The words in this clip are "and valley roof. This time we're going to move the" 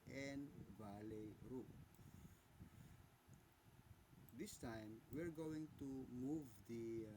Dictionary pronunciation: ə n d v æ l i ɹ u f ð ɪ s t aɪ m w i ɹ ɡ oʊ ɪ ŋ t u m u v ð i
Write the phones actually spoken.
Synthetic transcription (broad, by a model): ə n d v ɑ l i ɹ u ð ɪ s t aɪ m w i ɹ ɡ oʊ ɪ ŋ t u m u v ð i